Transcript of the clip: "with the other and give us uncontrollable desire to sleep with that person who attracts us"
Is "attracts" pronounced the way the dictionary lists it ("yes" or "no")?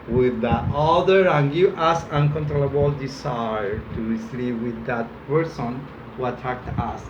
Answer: no